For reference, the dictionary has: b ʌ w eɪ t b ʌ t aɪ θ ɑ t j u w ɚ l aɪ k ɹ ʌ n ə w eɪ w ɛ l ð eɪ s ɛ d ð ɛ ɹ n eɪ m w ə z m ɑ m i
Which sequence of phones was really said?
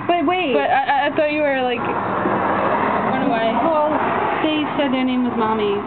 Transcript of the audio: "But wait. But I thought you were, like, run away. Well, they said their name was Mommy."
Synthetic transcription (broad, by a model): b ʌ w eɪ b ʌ t aɪ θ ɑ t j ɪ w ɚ l aɪ k w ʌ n ə w eɪ w ɛ l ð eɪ s ɛ d ð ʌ ɹ n eɪ m w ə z m ɑ m i